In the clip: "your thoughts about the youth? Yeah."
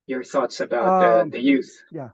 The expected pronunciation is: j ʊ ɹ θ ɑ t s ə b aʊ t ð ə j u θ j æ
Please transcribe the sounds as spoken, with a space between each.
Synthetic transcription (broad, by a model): j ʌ ɹ θ ɑ t s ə b aʊ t ð ə j u θ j